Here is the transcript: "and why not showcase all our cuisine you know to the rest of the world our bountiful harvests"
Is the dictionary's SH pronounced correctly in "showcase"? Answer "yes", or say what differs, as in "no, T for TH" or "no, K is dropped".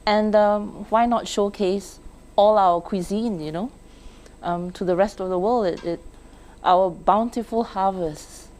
yes